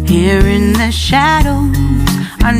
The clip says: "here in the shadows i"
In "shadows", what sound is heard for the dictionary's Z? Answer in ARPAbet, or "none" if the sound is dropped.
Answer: none